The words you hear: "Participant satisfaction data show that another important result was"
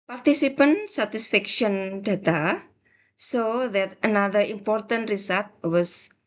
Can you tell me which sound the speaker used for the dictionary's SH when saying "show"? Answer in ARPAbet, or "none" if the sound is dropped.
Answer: S